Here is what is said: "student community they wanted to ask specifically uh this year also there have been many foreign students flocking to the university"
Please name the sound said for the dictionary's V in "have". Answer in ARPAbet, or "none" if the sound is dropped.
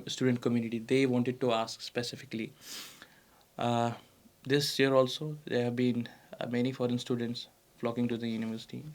V